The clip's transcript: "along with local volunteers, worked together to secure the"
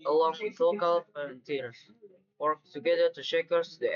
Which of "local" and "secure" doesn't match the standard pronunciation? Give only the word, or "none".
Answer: secure